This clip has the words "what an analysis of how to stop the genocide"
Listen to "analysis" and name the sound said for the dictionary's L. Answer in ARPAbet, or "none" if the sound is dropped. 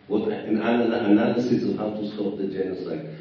N